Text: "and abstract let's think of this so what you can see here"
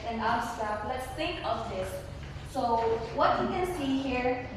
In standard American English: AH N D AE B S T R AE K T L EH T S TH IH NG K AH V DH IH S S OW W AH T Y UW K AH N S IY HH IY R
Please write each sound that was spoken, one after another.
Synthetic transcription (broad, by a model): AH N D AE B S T AA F L EH T S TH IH NG K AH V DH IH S S OW W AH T Y UW K AH N S IY HH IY R